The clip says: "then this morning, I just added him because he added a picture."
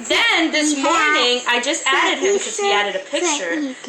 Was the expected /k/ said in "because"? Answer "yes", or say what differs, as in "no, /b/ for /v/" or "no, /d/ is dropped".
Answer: no, /k/ is dropped